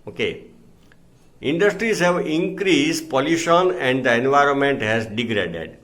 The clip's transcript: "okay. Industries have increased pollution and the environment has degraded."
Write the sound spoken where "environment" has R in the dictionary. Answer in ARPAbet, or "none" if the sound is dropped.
R